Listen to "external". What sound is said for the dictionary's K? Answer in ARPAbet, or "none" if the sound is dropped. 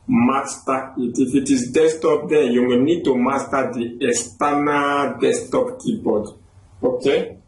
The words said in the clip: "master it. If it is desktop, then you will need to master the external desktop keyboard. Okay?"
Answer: none